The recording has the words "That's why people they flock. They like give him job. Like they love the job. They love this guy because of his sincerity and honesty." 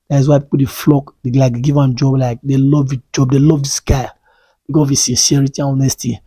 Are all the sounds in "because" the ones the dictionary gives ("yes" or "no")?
no